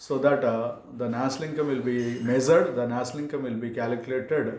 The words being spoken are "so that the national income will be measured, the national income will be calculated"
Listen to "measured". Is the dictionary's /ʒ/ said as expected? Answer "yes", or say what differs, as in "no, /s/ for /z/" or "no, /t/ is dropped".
no, /z/ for /ʒ/